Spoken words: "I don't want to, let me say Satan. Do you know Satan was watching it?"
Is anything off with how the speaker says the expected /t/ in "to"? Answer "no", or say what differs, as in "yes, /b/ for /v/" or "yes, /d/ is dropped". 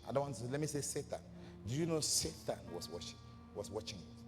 yes, /s/ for /t/